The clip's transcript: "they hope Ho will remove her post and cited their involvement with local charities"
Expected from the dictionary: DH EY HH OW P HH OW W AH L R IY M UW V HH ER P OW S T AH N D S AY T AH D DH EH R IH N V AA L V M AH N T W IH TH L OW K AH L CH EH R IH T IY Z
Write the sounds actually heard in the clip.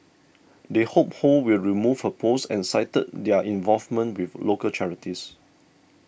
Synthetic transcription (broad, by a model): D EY HH OW P HH OW W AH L R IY M UW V HH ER P OW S AH N S AY T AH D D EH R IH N V AA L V M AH N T W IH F L OW K AH L CH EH R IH T IY S